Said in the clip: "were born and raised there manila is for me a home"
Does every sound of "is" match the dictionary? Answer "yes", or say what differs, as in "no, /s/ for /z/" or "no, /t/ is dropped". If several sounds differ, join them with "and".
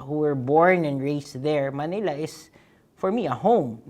no, /s/ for /z/